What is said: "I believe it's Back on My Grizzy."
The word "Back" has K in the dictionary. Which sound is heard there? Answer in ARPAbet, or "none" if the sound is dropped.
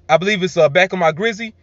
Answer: K